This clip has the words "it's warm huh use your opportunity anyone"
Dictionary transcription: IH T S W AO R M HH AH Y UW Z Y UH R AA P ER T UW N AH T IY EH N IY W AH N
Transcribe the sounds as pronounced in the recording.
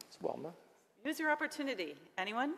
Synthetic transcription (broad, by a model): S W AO L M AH Y UW Z Y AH R AA P ER T UW N AH T IY EH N IY W AH N